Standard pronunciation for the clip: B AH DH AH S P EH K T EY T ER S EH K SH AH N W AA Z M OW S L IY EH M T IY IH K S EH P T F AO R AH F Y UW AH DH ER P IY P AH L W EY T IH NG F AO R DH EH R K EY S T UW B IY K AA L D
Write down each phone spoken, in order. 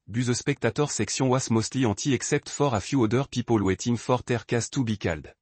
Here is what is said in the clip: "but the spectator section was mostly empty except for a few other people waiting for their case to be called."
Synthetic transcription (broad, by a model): B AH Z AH S P EH K T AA T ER S EH K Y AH W AA S M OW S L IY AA T IY IH K S EH P T F AO R AH F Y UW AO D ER P IY P AH L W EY T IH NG F AO R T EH R K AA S T UW B IY K AA L D